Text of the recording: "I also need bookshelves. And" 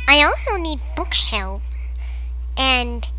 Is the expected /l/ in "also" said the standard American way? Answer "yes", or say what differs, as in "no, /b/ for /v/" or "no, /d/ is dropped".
yes